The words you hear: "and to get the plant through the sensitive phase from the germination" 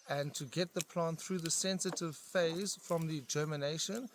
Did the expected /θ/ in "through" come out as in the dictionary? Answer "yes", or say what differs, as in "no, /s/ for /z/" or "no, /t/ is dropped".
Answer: yes